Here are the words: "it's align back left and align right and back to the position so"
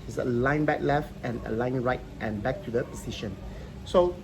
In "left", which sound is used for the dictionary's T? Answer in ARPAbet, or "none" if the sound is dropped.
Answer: T